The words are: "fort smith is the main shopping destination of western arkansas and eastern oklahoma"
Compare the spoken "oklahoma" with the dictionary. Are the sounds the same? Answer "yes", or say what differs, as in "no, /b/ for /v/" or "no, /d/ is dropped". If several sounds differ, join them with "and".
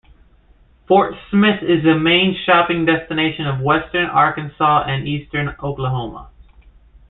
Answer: yes